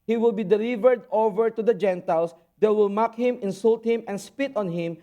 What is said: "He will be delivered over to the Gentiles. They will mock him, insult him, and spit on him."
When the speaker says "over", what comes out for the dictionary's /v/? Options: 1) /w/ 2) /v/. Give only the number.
2